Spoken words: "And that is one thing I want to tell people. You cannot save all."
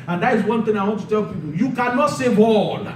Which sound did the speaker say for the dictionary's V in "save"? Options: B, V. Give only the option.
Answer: B